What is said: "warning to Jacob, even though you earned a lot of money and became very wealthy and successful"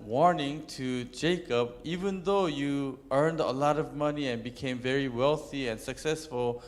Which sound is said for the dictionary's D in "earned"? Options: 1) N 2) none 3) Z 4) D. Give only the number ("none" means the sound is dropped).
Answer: 4